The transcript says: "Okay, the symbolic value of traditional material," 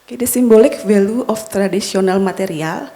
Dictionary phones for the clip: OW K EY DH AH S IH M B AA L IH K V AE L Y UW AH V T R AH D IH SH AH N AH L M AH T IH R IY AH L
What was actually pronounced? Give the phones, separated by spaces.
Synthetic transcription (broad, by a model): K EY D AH S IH M B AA L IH K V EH L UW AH F T R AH D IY S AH N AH L M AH T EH R IY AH L